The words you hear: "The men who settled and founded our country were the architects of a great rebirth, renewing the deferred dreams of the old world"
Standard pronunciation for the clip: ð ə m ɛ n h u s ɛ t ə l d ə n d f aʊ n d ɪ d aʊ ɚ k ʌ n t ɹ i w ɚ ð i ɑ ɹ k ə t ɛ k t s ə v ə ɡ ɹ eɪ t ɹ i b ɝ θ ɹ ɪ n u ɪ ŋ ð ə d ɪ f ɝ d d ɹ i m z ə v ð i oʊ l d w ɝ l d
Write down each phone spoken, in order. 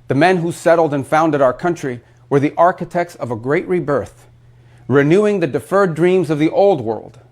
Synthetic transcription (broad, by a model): ð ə m ɛ n h u s ɛ t l d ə n f aʊ n d ɪ d aʊ ɚ k ʌ n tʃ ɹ i w ɚ ð i ɑ ɹ k ə t ɛ k t s ə v ə ɡ ɹ eɪ t ɹ i b ɝ θ ɹ ɪ n u ɪ ŋ ð ə d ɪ f ɝ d d ɹ i m z ə v ð i oʊ l d w ɝ l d